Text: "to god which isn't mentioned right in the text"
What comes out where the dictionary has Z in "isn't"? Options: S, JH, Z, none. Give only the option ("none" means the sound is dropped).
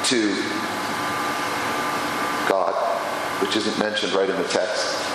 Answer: Z